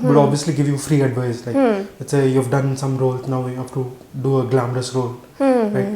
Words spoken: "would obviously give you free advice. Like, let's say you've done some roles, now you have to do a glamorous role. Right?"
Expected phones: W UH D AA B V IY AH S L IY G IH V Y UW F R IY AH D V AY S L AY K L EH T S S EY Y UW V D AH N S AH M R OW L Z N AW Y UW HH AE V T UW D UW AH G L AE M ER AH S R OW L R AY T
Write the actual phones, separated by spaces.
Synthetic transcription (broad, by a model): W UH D AA B V IY AH S L IY G IH V Y UW F R IY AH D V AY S L AY K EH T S S EY Y UW V D AH N S AH M R OW L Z N AW Y UW HH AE F T UW D UW AH G L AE M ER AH S R OW L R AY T